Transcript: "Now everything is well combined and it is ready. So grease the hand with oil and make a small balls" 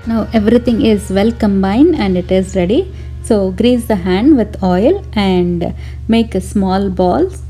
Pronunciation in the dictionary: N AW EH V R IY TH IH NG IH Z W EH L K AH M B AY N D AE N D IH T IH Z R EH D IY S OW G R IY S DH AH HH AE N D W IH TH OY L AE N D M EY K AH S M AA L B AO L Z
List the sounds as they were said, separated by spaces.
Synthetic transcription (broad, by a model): N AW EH V R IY T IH NG IH Z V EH L K AH M B AY N D AE N D IH T IH Z R EH D IY S OW G R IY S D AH HH AE N D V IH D OY L AE N D M EY K S M AA L B AO L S